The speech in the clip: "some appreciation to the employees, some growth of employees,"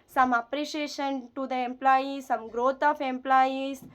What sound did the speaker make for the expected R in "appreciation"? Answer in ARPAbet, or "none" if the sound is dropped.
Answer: R